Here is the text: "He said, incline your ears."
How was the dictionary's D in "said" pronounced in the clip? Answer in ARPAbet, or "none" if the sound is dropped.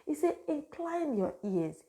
none